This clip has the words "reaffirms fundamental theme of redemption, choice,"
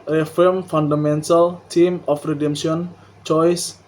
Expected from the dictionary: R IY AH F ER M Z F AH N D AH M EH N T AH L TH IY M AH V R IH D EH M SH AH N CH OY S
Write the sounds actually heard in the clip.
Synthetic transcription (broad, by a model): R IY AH F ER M F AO N D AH M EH N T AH L T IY M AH F R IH D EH M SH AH N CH OY S